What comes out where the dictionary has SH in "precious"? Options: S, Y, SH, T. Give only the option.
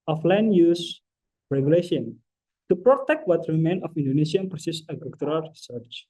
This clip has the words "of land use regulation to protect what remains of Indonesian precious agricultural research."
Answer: S